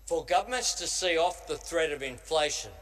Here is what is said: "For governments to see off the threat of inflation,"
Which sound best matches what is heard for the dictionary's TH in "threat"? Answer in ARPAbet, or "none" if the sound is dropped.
TH